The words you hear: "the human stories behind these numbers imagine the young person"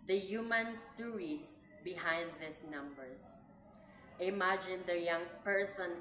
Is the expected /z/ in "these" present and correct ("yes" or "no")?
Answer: no